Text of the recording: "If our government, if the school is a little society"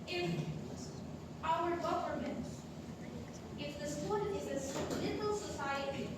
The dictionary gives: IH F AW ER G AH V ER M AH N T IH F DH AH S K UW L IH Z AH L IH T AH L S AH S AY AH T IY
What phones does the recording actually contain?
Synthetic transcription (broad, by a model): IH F AW ER G AH V ER M AH N T IH F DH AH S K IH N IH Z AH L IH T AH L S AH S AY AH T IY